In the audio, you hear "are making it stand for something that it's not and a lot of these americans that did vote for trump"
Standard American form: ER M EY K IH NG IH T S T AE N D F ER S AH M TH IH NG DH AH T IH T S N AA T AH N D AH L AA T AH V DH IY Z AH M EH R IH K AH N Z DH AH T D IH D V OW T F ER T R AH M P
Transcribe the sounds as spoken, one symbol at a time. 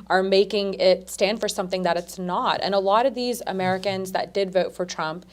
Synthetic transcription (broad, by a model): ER M EY K IH NG IH T S T AE N D F ER S AH M TH IH NG DH AH T IH T S N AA T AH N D AH L AA T AH V DH IY Z AH M EH R IH K AH N Z DH AH T D IH D V OW T F ER T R AH M P